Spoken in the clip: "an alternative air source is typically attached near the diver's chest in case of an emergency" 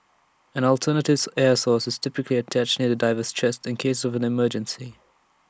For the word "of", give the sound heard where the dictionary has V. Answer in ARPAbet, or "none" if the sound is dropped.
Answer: V